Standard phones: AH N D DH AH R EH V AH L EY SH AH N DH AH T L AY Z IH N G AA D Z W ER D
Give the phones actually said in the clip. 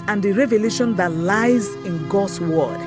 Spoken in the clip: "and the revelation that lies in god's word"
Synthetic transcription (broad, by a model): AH N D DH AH R EH V AH L EY SH AH N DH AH T L AY Z IH N G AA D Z W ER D